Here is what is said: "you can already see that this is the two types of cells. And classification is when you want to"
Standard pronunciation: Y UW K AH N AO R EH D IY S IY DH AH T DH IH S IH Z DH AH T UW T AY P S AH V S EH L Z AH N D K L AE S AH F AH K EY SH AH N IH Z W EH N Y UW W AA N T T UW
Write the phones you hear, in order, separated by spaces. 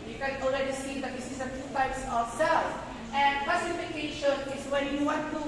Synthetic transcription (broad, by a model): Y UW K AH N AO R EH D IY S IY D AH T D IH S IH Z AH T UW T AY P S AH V S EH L AH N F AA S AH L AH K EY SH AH N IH S W EH N Y UW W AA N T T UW